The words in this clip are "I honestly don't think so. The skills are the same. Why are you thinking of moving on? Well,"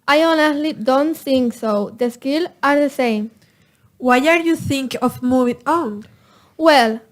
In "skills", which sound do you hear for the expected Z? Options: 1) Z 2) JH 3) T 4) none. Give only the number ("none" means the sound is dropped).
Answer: 4